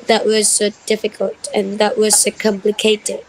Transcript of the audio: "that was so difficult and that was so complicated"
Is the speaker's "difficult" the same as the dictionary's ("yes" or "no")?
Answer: yes